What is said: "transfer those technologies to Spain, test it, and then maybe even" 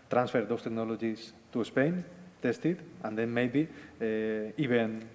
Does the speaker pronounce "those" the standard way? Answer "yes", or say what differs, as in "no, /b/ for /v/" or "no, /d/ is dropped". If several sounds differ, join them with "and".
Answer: no, /s/ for /z/